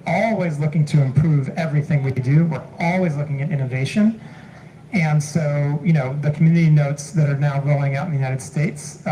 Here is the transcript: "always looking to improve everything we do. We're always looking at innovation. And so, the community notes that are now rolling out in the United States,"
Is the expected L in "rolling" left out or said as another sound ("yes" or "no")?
yes